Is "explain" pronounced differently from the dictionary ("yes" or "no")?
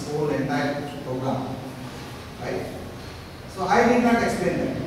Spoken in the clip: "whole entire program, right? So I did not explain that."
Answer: no